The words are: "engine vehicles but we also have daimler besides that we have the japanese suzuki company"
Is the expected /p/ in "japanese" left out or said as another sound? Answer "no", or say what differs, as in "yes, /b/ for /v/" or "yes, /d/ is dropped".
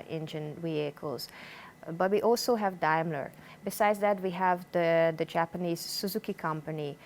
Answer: no